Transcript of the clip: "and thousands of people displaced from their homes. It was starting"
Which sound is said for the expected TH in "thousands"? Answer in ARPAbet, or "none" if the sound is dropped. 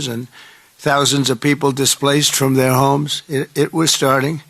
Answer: TH